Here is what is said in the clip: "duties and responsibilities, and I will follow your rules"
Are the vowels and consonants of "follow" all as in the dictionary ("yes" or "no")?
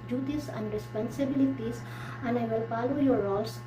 no